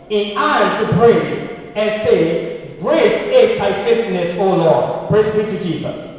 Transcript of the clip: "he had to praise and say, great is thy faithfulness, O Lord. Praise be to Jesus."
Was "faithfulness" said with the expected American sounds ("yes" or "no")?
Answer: no